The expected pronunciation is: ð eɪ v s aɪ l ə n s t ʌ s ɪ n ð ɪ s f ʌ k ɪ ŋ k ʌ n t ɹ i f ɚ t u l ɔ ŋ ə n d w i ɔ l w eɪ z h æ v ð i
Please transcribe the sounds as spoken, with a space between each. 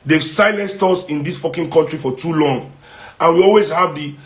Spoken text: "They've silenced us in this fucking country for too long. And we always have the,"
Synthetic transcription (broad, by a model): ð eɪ s aɪ l ə n s t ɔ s ɪ n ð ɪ s f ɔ k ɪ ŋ k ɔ n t ɹ i f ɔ t u l ɔ ŋ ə n w i ɔ l w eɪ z h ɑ v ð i